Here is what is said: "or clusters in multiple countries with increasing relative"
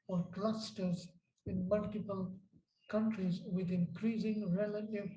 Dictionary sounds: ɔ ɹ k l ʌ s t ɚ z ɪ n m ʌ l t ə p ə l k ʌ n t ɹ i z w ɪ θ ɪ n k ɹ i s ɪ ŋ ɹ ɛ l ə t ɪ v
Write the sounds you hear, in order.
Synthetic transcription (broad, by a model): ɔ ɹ k l ʌ s t ɚ z ɪ n m ʌ l t ə p ə l k ʌ n t ɹ i z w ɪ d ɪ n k ɹ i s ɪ ŋ ɹ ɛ l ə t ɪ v